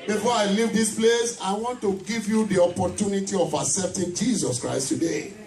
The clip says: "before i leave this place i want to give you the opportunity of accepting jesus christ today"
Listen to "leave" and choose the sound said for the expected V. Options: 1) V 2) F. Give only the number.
1